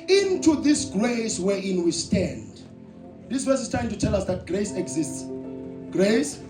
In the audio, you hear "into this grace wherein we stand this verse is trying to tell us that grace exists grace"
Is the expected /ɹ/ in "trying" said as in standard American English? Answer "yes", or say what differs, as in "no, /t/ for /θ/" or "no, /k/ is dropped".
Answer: no, /ɹ/ is dropped